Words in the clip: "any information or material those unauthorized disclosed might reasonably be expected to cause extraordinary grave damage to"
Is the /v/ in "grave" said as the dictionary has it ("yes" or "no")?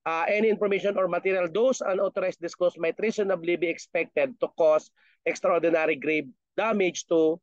no